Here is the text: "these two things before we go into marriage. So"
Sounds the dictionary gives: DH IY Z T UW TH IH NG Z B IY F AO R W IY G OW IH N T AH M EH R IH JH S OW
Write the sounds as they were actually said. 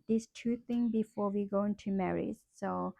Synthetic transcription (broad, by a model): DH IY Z T UW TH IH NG B IY F AO R W IY G OW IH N T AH M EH R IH Z S OW